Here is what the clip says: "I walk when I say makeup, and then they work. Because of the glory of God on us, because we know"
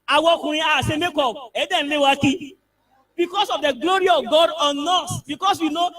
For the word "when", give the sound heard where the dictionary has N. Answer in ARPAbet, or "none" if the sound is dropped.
none